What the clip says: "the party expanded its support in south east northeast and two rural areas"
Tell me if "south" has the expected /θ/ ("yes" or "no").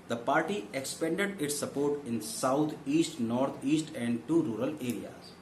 no